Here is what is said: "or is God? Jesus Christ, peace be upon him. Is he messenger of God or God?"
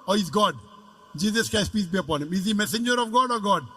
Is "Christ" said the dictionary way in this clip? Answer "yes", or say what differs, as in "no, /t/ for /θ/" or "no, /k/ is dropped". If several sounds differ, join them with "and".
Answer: no, /ɹ/ is dropped